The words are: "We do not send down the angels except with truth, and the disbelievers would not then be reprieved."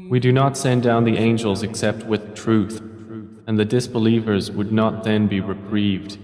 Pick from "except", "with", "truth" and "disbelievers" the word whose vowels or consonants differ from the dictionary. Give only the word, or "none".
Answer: none